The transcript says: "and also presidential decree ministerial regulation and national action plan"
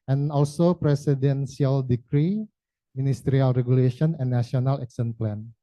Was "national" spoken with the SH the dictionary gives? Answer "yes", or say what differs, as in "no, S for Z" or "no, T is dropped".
no, SH is dropped